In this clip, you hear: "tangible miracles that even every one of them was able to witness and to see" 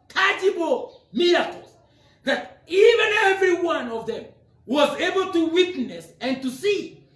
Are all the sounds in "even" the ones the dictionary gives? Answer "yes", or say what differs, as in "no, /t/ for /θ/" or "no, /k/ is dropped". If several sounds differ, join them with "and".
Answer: yes